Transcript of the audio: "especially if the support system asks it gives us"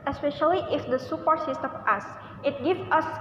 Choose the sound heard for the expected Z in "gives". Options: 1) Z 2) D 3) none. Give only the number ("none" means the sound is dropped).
3